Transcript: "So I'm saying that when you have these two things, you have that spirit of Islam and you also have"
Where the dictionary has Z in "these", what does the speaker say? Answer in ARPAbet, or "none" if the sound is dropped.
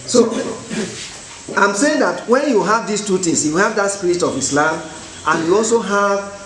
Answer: S